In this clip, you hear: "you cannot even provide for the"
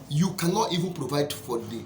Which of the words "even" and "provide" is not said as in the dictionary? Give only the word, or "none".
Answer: none